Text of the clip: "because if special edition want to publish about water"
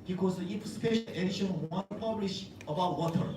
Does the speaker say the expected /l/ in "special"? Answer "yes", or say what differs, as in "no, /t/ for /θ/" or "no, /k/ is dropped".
no, /n/ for /l/